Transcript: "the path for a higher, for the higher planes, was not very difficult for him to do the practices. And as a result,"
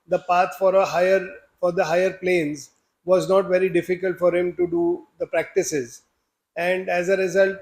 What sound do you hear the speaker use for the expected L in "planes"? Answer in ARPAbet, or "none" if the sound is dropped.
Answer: L